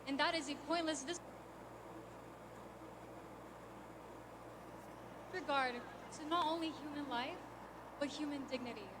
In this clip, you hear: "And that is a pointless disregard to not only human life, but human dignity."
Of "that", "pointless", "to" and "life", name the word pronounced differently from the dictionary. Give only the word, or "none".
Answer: to